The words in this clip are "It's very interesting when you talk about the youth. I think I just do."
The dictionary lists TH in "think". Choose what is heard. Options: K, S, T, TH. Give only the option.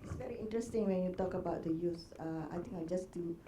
T